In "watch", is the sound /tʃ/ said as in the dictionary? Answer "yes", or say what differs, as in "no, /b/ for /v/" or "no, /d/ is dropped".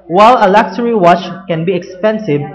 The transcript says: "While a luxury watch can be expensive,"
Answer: yes